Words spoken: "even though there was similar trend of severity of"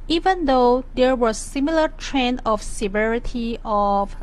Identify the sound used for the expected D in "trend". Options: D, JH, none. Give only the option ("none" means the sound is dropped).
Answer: none